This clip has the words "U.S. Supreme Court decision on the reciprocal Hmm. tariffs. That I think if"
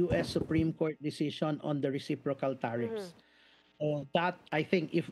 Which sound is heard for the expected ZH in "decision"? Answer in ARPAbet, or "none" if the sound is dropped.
S